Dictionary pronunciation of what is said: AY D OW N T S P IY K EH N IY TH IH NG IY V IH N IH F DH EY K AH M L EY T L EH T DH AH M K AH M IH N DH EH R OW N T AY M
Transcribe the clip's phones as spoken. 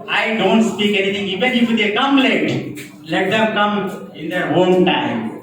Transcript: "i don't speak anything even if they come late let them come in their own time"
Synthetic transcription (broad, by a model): AY D OW N T S P IY K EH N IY T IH NG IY B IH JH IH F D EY K AH M L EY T L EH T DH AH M K AH M IH N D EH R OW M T AY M